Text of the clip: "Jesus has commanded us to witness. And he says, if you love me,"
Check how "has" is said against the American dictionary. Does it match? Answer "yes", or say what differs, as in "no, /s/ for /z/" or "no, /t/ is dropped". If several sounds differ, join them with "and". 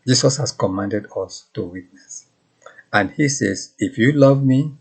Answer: no, /s/ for /z/